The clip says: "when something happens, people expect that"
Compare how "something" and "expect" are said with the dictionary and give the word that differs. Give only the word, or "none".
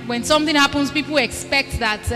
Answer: none